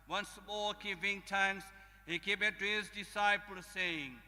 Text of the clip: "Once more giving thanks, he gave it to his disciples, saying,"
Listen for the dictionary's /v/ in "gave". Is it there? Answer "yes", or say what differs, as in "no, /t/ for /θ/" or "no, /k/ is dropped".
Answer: no, /b/ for /v/